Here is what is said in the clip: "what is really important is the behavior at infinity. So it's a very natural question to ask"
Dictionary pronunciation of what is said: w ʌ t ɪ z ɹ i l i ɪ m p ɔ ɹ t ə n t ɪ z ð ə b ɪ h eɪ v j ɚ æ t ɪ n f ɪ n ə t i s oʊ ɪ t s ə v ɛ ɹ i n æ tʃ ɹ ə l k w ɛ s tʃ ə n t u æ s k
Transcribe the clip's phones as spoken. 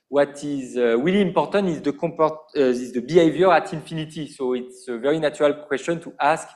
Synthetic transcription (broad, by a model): w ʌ t ɪ z w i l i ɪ m p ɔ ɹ t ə n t ɪ z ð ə b ɪ h eɪ v j ɚ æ t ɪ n f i n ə t i s oʊ ɪ t s ə v ɛ ɹ i n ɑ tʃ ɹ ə l k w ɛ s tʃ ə n t u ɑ s k